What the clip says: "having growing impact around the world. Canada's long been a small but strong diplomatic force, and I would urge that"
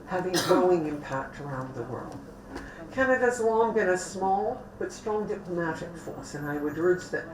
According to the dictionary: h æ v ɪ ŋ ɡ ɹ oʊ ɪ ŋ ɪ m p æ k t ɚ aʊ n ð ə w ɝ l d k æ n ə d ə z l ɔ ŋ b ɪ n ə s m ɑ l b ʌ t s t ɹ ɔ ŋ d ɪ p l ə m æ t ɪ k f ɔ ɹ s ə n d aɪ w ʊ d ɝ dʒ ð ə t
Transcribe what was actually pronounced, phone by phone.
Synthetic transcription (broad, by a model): h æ v ɪ ŋ ɡ ɹ oʊ ɪ ŋ ɪ m p æ k t ɚ aʊ n ð ə w ɝ l d k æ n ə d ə z l ɔ ŋ b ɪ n ə s m ɑ l b ʌ t s t ɹ ɔ ŋ d ɪ p l ə m æ t ɪ k f ɔ ɹ s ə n aɪ w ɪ d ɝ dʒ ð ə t